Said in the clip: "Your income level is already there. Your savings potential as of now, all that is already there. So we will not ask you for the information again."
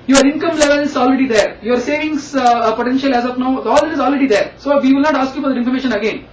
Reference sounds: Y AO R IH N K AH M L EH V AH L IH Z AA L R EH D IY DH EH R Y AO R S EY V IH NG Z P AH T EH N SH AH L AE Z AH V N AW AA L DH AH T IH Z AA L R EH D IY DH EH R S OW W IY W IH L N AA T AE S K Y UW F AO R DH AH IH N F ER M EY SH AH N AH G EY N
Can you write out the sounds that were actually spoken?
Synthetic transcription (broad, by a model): Y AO R IH N K AH M L EH V AH L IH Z AA L R EH D IY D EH R Y AO R S EY V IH NG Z P AH T EH N SH AH L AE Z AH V N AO AA L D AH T IH Z AA L R EH D IY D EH R S OW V IY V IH L N AA T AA S K Y UW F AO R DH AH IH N F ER M EY SH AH N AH G EY N